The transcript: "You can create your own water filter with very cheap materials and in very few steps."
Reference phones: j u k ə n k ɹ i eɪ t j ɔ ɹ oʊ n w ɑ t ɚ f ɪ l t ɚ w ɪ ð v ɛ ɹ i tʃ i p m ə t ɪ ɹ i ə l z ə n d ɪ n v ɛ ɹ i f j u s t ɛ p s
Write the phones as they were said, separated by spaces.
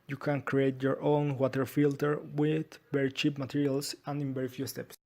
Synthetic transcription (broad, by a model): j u k ə n k ɹ i eɪ t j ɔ ɹ oʊ n w ɑ t ɚ f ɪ l t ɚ w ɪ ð b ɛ ɹ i tʃ i p m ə t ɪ ɹ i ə l s ə n d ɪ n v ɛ ɹ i f j u s t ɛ p s